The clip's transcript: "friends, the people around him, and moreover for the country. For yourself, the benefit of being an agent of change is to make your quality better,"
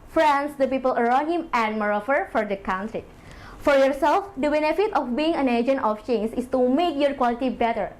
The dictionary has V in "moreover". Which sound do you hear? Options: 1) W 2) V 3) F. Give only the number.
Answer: 3